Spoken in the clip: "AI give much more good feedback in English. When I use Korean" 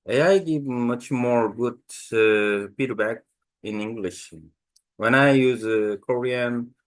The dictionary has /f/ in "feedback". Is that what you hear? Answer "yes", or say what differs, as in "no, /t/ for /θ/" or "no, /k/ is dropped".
no, /p/ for /f/